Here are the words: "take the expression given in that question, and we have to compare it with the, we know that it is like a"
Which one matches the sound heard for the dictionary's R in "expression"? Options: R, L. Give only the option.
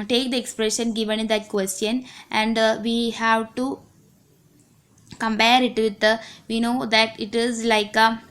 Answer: R